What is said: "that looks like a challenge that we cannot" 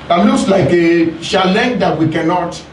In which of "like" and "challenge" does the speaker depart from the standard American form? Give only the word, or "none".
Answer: challenge